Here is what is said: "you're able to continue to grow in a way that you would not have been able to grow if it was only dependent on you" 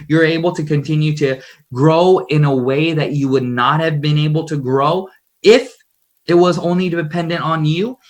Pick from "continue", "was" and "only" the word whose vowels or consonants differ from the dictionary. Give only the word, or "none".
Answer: none